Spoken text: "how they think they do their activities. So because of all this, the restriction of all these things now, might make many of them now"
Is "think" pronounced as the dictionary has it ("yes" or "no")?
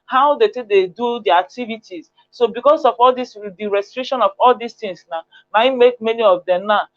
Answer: no